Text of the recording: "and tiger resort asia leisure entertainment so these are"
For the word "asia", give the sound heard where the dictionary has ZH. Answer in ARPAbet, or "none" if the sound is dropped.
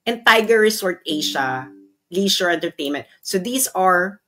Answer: SH